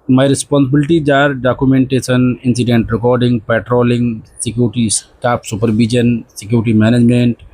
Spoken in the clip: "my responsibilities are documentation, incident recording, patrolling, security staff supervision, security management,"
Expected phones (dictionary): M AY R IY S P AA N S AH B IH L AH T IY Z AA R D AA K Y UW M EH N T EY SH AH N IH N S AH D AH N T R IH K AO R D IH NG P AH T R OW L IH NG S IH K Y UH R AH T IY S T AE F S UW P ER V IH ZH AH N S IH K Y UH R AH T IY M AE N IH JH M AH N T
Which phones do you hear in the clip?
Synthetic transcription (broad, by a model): M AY R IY S P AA N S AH B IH L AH T IY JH AA R D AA K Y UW M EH N T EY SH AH N IH N S AH D AH N T R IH K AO R D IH NG P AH T R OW L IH NG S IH K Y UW R T IY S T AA P S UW P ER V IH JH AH N S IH K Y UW R T IY M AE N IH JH M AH N T